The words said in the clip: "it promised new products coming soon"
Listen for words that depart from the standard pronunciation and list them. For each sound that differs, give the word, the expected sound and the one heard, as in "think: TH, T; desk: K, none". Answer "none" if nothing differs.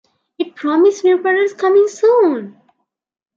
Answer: products: R, none